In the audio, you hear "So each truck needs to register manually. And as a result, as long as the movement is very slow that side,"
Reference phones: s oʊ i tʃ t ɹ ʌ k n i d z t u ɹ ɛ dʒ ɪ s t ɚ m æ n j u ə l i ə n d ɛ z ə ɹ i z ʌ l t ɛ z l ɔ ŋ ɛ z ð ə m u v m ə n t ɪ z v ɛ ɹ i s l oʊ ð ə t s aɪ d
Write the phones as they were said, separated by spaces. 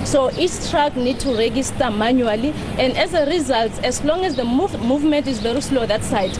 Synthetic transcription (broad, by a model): s oʊ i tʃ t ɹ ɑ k n i d t u ɹ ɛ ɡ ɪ s t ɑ m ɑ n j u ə l i ə n d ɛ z ə ɹ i z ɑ l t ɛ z l ɔ ŋ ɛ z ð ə m u v m ə n t ɪ z v ɛ ɹ i s l oʊ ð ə t s aɪ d